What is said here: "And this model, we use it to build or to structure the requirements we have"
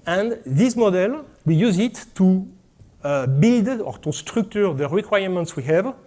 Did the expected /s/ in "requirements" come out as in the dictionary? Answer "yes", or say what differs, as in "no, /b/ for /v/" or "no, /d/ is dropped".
yes